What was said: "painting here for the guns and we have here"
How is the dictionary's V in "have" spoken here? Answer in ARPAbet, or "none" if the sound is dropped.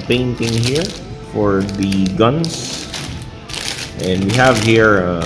V